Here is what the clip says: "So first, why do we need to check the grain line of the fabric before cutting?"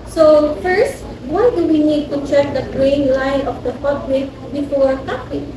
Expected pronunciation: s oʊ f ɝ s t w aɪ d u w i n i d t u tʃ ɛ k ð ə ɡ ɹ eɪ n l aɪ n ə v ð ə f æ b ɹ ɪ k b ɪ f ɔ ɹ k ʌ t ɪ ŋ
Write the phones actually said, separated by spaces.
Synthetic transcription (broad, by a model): s oʊ f ɝ s t w aɪ d u w i n i d t u tʃ ɛ k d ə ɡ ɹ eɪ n l aɪ n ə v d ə p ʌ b l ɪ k b ɪ f ɔ ɹ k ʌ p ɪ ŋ